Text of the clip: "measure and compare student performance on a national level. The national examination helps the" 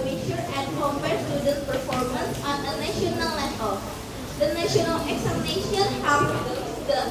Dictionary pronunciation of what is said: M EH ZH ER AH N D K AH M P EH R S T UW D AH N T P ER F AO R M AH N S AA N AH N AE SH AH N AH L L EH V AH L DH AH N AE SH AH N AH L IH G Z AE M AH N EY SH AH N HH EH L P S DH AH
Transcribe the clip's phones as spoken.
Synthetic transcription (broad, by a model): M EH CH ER AH N D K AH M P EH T S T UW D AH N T P ER F AO R M AH N S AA N AH N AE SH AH N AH L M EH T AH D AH N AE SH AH N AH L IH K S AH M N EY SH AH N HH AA P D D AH